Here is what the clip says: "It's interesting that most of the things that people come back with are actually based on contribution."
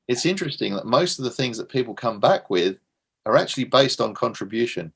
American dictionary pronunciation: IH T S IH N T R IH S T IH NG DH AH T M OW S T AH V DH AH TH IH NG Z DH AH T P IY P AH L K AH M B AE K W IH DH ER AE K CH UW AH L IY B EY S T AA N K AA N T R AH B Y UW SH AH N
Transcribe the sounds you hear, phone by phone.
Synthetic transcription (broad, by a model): IH T S IH N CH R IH S T IH NG DH AH T M OW S T AH V DH AH TH IH NG Z DH AH T P IY P AH L K AH M B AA K W IH DH ER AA K CH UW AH L IY B EY S T N K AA N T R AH B Y UW SH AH N